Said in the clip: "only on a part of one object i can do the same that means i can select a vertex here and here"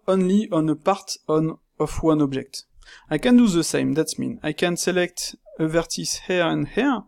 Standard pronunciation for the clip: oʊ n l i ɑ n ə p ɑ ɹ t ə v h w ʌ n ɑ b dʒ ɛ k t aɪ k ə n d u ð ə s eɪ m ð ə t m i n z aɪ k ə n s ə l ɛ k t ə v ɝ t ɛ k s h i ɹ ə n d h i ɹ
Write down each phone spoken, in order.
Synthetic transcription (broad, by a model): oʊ n l i ɑ n ə p ɑ ɹ t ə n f w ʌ n ɑ b dʒ ɛ k t aɪ k ə n d u ð ə s eɪ m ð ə t m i n aɪ k ə n s ə l ɛ k t ə v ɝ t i s h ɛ ɹ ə n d h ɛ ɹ